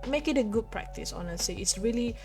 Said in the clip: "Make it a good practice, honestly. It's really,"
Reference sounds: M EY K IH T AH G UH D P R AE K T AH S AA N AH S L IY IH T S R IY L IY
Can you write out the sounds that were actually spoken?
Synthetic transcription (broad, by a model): M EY K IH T AH G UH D P R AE K T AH S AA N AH S IY IH T S R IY L IY